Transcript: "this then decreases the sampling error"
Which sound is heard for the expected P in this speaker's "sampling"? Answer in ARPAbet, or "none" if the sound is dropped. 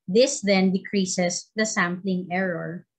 P